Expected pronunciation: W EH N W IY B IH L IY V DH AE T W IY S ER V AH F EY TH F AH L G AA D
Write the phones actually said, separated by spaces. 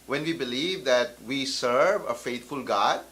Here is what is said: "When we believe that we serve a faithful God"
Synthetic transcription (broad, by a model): W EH N W IY B IH L IY V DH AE T W IY S ER V AH F EY T F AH L G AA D